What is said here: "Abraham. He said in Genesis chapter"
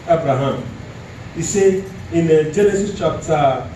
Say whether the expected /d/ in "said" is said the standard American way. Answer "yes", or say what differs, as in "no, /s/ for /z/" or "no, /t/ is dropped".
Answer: no, /d/ is dropped